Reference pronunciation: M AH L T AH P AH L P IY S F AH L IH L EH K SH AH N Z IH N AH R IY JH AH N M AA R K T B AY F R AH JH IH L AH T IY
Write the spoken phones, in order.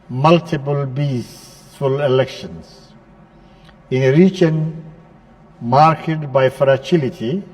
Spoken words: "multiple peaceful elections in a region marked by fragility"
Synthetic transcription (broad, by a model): M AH L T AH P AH L B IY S F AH L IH L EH K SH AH N S IH N R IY CH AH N M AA R K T B AY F R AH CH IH L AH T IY